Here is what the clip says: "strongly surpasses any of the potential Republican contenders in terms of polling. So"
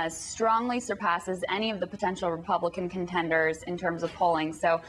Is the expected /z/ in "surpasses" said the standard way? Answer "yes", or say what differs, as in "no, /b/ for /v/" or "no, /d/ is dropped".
yes